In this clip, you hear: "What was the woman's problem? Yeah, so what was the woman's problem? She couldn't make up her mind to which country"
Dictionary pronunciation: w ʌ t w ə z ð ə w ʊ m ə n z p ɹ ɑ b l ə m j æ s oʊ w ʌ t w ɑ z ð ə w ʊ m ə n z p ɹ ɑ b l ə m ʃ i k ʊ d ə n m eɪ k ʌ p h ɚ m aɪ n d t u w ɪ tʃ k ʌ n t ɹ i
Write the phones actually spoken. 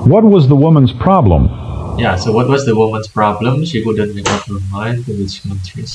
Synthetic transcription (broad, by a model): w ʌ t w ə z ð ə w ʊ m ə n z p ɹ ɑ b l ə m j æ s oʊ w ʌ t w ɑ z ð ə w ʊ m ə n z p ɹ ɑ b l ə m ʃ i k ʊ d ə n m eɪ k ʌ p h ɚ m aɪ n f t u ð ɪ s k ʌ n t ɹ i